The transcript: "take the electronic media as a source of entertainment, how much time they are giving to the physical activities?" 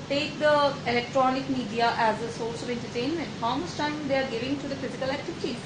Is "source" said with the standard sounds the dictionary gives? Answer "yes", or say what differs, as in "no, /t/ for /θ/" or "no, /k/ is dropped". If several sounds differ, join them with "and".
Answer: no, /l/ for /ɹ/